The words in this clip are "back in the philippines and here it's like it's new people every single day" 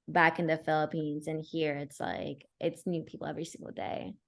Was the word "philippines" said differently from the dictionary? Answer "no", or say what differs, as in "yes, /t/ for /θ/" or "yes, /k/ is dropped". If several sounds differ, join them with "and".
no